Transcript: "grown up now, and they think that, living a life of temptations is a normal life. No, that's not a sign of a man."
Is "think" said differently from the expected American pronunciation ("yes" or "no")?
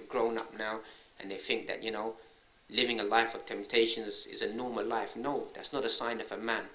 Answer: no